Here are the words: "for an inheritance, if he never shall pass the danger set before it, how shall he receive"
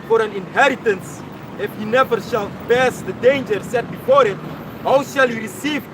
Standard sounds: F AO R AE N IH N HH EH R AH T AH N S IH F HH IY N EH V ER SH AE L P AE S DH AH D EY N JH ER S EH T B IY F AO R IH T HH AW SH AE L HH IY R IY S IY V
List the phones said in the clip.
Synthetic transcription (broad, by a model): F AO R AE N IH N HH EH R AH T AH N S IH F HH IY N EH V ER SH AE L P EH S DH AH D EY N JH ER S EH T B IY F AO R IH T HH AW SH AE L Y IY R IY S IY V